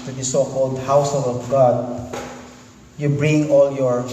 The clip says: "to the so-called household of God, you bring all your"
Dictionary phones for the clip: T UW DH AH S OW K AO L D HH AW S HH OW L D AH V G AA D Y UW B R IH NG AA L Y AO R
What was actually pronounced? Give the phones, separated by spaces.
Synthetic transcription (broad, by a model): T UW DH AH S OW K AO L D HH AW S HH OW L AH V G AA D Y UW B R IH NG AA L Y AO R